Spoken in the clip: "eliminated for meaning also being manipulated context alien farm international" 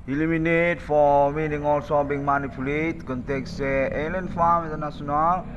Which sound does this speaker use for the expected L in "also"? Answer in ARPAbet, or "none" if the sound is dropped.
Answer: L